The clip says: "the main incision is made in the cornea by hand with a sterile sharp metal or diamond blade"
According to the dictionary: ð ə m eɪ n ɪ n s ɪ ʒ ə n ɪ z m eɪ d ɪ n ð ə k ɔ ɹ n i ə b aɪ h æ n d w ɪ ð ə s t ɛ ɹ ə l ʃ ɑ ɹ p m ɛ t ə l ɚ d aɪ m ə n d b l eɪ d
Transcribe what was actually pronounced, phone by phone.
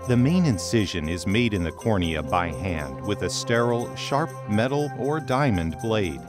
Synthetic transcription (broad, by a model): ð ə m eɪ n ɪ n s ɪ ʒ ə n ɪ z m eɪ d ɪ n ð ə k ɔ ɹ n i ə b aɪ h æ n d w ɪ ð ə s t ɛ ɹ l ʃ ɑ ɹ p m ɛ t l ɚ d aɪ m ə n b l eɪ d